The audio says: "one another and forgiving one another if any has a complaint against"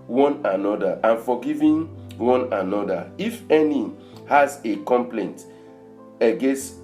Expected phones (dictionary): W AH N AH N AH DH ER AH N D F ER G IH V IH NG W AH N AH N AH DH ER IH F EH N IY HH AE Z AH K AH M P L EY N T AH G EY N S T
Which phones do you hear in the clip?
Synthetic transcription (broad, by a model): W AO N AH N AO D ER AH N F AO G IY V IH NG W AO N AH N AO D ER IH F EH N IY HH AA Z AH K AH M P L EY N T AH G EY N S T